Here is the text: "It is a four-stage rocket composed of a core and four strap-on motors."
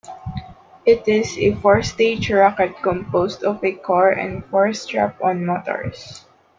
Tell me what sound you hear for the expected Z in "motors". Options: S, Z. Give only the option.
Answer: S